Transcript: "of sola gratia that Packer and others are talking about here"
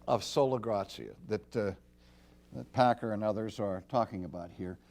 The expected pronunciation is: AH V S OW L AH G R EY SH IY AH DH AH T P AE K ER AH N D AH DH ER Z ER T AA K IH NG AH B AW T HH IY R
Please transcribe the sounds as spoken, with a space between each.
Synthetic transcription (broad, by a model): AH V S OW L AH G R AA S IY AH DH AH T P AE K ER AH N AH DH ER Z ER T AA K IH NG AH B AW T HH IY R